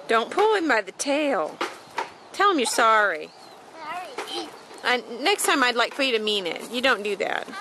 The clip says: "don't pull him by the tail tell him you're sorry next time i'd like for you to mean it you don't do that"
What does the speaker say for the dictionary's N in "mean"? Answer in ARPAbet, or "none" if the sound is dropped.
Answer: N